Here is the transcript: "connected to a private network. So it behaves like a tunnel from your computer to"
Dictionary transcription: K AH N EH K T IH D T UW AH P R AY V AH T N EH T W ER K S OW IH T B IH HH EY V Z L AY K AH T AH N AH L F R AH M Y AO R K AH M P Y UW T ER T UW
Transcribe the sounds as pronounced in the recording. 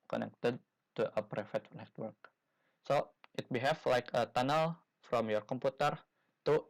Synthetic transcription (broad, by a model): K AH N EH K T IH D T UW AH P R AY F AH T N EH T W ER K S OW IH T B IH HH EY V L AY K AH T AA N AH L F R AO M Y AO R K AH M P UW T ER T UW